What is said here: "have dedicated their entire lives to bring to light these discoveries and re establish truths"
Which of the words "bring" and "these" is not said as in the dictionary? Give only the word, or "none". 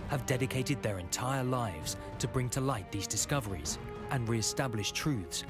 none